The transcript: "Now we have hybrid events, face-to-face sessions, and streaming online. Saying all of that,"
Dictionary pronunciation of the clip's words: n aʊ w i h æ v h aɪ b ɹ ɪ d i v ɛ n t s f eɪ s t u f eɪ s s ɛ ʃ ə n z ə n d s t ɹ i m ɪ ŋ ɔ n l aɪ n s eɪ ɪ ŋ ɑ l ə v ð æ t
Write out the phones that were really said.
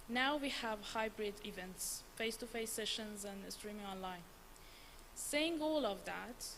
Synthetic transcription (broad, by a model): n aʊ w i h æ v h aɪ b ɹ ɪ d i v ɛ n t s f eɪ s t u f eɪ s s ɛ ʃ ə n z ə n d s t ɹ i m ɪ ŋ ɔ n l aɪ n s eɪ ɪ ŋ ɑ l ə v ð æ t